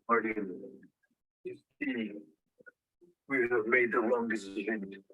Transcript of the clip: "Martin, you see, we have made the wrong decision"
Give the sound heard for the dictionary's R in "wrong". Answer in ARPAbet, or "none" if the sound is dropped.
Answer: L